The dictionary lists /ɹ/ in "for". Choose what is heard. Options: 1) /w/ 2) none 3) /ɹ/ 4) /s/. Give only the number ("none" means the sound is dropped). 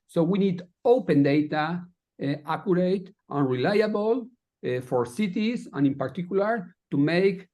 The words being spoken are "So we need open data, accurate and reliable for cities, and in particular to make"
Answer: 3